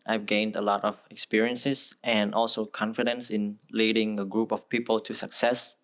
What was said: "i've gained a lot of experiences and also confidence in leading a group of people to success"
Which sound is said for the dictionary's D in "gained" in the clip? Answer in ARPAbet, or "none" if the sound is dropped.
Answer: D